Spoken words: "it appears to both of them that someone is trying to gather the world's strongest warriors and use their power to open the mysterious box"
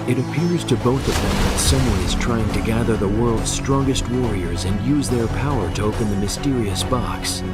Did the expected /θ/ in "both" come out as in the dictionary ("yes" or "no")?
yes